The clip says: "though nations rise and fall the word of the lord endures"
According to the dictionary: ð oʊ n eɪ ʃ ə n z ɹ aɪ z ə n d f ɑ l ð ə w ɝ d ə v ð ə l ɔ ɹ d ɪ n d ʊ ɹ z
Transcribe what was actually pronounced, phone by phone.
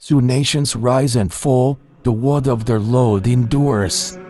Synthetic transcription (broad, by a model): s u n eɪ ʃ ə n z ɹ aɪ z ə n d f ɑ l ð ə w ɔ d ə v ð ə l ɔ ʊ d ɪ n d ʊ ɹ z